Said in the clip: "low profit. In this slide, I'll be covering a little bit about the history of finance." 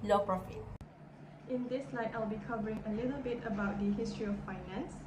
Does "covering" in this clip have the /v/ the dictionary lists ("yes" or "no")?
yes